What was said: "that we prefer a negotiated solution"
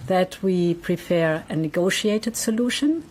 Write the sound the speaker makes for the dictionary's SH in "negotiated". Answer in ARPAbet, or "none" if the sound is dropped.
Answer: SH